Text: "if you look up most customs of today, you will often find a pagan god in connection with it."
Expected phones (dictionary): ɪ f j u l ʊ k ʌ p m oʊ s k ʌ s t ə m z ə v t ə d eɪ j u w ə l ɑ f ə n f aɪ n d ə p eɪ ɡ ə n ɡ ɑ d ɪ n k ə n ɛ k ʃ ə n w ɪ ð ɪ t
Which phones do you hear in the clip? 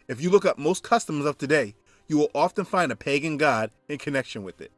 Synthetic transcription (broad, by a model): ɪ f j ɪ l ʊ k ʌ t m oʊ s k ʌ s t ə m z ə v t ə d eɪ j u w ə l ɑ f ə n f aɪ n d ə p eɪ ɡ ə n ɡ ɑ d ɪ n k ə n ɛ k ʃ ə n w ɪ ð ɪ t